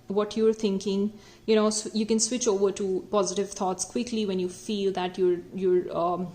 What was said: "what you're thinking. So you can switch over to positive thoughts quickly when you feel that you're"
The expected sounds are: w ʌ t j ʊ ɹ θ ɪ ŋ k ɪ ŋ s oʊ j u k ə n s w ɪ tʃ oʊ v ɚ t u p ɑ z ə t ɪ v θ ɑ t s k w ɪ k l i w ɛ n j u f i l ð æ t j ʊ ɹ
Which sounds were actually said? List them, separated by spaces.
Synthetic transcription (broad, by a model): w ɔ t j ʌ ɹ t ɪ ŋ k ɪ ŋ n oʊ j u k ə n s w ɪ tʃ oʊ v ɚ t u p ɑ z ə t ɪ v t ɑ t s k w ɪ k l i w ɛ n j u f i l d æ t j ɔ ɹ